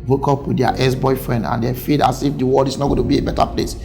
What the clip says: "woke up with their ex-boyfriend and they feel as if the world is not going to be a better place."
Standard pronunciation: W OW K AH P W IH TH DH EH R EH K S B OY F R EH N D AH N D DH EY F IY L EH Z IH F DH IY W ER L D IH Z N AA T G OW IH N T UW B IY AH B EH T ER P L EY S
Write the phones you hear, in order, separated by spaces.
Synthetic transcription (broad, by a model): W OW K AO P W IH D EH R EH S B OY F R EH N D AH N D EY F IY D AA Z IH F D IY W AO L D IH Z N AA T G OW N T UW B IY AH B EH T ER P L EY S